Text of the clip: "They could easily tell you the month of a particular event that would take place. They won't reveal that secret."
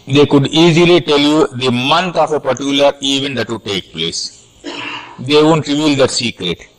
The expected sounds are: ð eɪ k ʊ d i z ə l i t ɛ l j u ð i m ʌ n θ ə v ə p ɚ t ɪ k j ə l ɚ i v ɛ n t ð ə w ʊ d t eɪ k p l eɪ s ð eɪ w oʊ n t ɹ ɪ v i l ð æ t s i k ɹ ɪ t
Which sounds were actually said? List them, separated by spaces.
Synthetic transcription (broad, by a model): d eɪ k ʊ d i z ə l i t ɛ l j u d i m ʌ n t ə f ə p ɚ t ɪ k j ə l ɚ i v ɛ n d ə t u t eɪ k p l eɪ s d eɪ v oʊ n t ɹ ɪ v i l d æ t s i k ɹ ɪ t